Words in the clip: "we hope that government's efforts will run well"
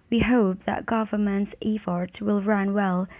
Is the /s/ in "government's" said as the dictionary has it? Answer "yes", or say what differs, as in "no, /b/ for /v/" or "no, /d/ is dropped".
yes